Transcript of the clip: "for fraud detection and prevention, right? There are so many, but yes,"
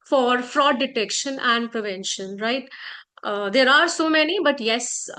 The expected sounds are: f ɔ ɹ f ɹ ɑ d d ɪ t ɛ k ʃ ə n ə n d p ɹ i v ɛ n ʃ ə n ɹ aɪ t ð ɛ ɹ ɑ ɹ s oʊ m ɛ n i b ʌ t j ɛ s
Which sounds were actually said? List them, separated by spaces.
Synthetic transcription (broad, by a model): f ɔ ɹ f ɹ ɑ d d ɪ t ɛ k ʃ ə n ə n d p ɹ i v ɛ n ʃ ə n ɹ aɪ t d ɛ ɹ ɑ ɹ s oʊ m ɛ n i b ʌ t j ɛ s